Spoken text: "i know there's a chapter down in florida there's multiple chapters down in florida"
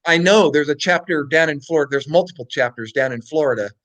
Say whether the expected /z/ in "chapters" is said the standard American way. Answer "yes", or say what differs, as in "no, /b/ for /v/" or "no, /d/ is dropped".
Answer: yes